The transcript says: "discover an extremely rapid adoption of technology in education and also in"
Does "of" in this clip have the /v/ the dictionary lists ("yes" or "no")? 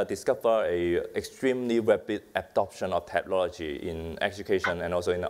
no